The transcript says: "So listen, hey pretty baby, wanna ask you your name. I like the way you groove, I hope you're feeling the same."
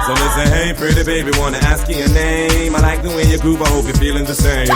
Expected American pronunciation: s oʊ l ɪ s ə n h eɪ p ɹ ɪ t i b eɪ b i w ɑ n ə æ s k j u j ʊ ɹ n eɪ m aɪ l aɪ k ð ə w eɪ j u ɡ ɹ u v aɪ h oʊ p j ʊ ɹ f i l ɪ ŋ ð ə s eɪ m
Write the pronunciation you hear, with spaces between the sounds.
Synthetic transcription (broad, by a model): s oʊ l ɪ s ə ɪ h eɪ p ɹ ɪ t i b eɪ b i w ɑ n ə æ s k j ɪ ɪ n eɪ m aɪ l aɪ k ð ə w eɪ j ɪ ɡ ɹ u p aɪ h oʊ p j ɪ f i l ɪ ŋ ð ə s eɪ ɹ